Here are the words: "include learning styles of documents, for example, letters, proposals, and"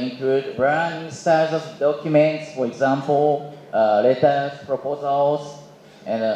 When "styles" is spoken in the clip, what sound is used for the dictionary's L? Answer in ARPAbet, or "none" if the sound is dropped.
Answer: none